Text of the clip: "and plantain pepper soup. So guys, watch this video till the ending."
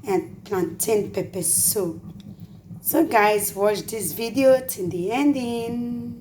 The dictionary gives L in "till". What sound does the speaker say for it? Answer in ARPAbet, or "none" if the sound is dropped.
N